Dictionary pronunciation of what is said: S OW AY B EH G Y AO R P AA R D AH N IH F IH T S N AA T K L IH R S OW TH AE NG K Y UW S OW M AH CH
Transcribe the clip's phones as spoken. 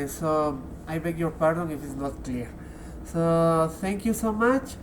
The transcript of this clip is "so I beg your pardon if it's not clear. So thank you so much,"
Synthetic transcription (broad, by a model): S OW AY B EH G Y AO R P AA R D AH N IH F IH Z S N AA T K L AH R S OW T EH NG K Y UW S OW M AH CH